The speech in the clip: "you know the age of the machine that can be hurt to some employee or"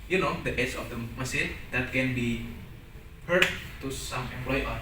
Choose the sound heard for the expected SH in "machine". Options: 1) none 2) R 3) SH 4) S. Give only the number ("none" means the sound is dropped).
4